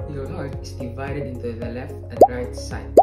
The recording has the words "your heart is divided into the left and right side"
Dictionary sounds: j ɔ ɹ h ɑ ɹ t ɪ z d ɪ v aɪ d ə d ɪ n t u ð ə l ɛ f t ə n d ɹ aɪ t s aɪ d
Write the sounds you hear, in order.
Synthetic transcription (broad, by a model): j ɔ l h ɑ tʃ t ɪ s d ɪ v aɪ d ə d ɪ n t u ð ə l ɛ f t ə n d ɹ aɪ t s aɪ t